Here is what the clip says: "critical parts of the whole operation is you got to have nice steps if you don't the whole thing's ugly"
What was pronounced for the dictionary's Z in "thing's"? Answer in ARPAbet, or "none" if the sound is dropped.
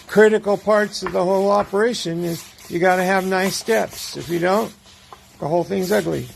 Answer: Z